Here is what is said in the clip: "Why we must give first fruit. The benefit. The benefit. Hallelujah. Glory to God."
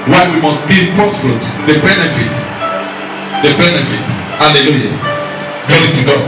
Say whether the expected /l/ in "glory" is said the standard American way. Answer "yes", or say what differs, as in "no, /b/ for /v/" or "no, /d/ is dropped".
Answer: no, /l/ is dropped